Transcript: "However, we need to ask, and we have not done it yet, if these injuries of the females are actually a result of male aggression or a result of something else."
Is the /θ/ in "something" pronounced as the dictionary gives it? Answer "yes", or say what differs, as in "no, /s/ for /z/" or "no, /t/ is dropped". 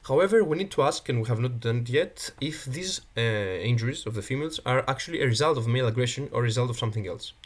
yes